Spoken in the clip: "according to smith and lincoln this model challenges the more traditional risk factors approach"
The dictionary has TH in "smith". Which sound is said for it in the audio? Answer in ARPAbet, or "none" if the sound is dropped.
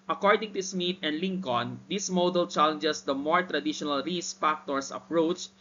T